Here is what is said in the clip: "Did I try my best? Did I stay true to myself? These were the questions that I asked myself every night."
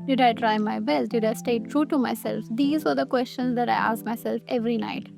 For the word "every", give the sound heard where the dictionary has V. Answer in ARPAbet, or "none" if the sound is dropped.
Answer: V